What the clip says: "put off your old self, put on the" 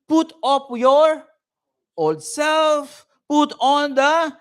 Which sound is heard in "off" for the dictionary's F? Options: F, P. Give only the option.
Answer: P